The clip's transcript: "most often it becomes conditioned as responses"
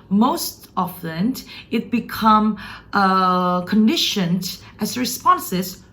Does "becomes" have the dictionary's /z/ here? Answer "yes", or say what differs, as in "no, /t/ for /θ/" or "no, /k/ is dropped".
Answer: no, /z/ is dropped